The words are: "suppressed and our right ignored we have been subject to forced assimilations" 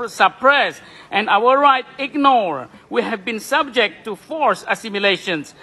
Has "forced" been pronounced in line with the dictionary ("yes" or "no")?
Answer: no